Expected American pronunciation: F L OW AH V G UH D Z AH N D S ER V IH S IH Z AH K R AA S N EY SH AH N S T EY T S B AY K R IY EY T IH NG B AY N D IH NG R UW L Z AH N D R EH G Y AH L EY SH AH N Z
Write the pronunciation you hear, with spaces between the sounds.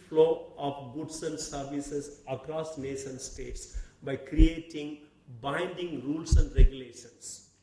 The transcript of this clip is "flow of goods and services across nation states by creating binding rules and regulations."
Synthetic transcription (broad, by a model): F L OW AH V G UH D S AH N D S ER V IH S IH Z AH K R AA S N EY SH AH N S T EY T S B AY K R IY EY T IH NG B AY N D IH NG R UW L S AH N D R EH G Y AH L EY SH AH N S